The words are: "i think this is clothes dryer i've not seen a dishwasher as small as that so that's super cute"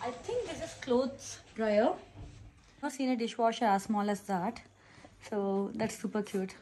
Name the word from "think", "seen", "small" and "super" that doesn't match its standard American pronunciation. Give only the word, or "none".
think